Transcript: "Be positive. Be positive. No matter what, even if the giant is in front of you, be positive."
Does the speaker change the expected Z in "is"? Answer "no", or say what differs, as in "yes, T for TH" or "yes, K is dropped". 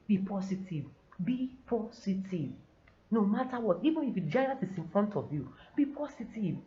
yes, S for Z